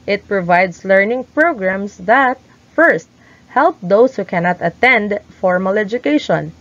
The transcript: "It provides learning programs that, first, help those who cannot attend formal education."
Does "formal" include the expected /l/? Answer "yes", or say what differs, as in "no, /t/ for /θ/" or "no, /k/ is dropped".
yes